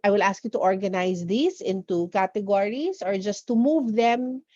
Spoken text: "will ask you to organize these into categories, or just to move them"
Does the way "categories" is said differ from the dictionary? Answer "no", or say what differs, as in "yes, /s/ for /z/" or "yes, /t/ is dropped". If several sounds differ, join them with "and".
yes, /s/ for /z/